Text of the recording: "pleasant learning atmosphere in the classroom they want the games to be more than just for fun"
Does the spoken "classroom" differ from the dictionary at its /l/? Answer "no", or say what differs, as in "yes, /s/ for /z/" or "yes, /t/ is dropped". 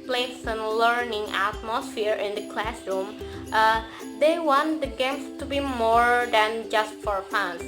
no